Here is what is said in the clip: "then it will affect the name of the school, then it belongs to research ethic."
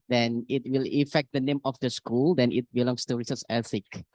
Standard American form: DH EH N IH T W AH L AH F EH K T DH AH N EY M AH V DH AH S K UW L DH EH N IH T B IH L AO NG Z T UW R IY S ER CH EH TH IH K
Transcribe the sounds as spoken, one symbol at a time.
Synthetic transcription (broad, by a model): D EH N IH T W AH L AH F EH K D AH N EY M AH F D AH S K UW L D EH N IH T B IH L AO NG S T UW R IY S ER S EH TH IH K